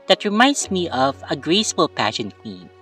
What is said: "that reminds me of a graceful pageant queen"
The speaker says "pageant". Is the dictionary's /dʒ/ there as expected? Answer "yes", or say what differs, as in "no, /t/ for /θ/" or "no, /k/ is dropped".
no, /ʃ/ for /dʒ/